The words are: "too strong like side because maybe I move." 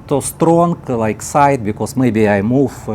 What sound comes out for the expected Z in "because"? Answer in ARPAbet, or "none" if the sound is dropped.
S